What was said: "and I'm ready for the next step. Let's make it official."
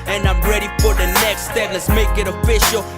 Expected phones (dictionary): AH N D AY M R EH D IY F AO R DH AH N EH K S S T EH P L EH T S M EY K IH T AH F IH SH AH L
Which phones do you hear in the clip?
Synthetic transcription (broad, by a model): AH N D AY M R EH D IY F AO R DH AH N EH K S S T EH P L EH T S M EY K IH T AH F IH SH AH L